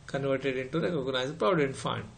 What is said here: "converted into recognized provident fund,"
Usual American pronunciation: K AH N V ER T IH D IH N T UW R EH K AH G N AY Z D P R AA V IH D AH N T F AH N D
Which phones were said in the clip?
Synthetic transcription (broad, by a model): K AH N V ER T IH D IH N T UW R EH K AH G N AY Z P R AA IH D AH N F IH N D